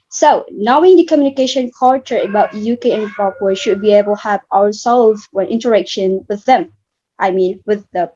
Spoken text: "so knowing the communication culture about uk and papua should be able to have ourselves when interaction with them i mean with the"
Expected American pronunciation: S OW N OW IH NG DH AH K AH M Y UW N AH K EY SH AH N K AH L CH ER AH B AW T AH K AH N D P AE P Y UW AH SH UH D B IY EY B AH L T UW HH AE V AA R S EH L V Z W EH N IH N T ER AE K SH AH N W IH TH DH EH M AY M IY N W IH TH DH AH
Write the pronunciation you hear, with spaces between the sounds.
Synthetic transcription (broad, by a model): S OW N OW IH NG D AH K AH M Y UW N AH K EY SH AH N K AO CH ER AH B AW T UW K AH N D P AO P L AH SH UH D B IY EY B AH L T UW HH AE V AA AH S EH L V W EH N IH N T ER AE K SH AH N W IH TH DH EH M AY M IY N W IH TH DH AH